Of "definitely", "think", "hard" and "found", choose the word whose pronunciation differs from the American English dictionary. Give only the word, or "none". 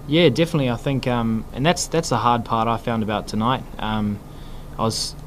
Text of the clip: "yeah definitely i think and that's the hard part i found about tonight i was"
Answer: none